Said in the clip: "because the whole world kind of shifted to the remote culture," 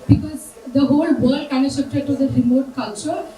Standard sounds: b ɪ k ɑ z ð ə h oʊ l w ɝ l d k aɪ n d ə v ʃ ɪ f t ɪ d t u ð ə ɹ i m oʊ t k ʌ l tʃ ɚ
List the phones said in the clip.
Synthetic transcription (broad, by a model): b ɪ k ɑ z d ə h oʊ l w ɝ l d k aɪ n ə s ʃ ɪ p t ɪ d t u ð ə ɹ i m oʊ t k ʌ l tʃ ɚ